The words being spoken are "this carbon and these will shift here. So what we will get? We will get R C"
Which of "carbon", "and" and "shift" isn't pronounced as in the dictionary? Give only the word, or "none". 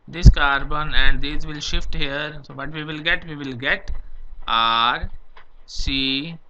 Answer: none